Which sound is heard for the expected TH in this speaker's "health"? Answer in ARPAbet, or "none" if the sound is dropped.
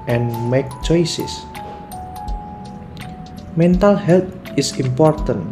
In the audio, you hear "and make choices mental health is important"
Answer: T